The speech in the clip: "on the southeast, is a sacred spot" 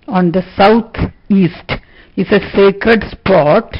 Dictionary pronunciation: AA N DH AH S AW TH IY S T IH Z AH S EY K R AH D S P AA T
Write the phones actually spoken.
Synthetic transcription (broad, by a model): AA N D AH S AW T IY S T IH S AH S EY K R AH D S P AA T